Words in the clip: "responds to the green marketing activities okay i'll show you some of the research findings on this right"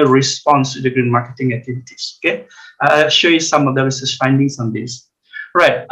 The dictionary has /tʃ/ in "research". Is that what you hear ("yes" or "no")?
no